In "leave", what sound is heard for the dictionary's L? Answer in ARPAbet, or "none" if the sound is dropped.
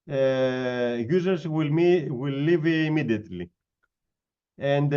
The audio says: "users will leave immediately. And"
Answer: W